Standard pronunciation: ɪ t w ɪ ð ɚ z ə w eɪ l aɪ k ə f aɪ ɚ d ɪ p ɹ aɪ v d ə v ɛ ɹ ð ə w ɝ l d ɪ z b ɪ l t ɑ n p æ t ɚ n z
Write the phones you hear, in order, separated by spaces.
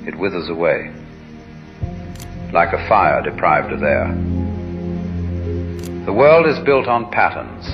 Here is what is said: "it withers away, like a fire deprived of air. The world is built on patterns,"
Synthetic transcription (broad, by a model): ɪ t w ɪ ð ɚ z ə w eɪ l aɪ k ə f aɪ ɚ d ɪ p ɹ aɪ v d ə v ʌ ɹ ð ə w ɝ l d ɪ z b ɪ l t n p æ t ɚ n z